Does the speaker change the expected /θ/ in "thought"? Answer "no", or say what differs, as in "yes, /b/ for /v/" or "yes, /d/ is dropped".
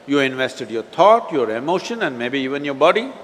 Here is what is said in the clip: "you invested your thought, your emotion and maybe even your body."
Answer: yes, /t/ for /θ/